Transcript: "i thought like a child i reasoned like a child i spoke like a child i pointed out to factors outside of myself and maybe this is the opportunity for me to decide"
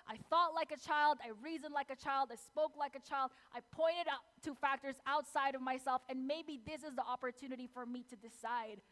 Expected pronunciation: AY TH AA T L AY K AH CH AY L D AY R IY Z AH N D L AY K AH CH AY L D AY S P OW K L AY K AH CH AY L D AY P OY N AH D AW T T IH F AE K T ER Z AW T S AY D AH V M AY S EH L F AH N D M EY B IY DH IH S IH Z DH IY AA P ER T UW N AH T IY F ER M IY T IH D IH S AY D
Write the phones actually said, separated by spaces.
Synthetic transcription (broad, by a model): AY TH AA T L AY K AH CH AY L D AY R IY Z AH N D L AY K AH CH AY L D AY S P OW K L AY K AH CH AY L D AY P OY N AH D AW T T IH F AE K T ER Z AW T S AY D AH V M AY S EH L F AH N M EY B IY DH IH S IH Z DH IY AA P ER T UW N AH T IY F ER M IY T IH D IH S AY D